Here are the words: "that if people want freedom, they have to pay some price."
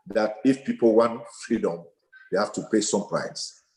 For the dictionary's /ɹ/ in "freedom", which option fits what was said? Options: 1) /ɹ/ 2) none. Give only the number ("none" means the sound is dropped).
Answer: 1